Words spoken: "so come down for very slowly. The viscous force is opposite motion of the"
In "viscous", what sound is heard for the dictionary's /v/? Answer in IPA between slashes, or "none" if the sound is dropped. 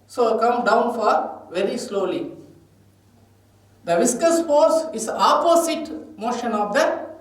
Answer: /v/